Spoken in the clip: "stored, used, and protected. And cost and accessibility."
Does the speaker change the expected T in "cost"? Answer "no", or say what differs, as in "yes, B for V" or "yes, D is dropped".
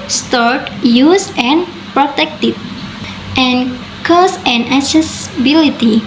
yes, T is dropped